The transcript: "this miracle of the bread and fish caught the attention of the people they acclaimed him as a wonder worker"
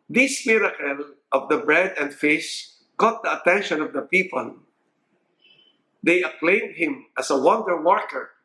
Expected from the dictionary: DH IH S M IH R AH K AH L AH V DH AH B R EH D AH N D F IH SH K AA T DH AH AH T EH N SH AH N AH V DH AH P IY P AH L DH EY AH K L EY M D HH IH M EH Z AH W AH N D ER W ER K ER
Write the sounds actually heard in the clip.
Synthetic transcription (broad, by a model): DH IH S M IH R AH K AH L AH V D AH B R EH D AH N D F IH S K AA T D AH AH T EH N SH AH N AH V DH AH P IY P AH L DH EY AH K L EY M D HH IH M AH S AH W AH N D ER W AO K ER